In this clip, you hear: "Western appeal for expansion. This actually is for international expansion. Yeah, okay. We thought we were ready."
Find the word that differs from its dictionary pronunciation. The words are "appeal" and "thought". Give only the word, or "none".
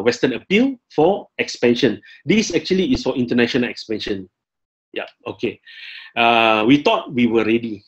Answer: thought